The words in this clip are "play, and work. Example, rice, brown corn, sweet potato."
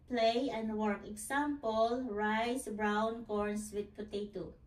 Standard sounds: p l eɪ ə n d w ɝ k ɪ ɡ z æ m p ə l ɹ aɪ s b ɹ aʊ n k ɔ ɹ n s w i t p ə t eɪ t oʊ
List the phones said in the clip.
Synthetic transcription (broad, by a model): p l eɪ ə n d w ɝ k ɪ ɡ s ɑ m p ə l ɹ aɪ s b ɹ aʊ n k ɔ ɹ n s w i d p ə t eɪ t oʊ